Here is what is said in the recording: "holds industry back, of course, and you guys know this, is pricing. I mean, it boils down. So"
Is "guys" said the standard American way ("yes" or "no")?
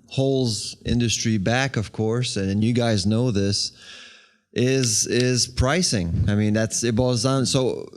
yes